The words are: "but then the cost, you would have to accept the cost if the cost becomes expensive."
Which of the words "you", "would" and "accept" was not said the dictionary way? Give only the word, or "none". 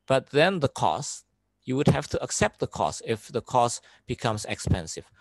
none